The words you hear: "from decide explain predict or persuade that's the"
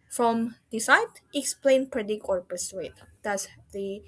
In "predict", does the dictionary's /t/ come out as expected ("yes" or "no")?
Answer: no